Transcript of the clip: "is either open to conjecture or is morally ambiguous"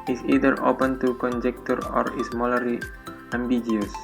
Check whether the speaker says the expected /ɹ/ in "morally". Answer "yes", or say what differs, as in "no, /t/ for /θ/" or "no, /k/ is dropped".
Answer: no, /l/ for /ɹ/